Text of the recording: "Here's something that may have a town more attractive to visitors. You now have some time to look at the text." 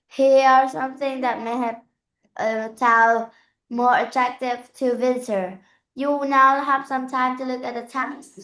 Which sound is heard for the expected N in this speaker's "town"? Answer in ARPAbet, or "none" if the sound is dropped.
L